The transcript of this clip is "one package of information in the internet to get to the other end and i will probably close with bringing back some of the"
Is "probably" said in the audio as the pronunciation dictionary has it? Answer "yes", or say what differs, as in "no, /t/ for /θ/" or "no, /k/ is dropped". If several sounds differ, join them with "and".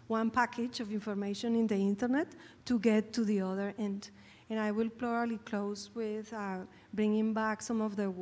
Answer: no, /l/ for /ɹ/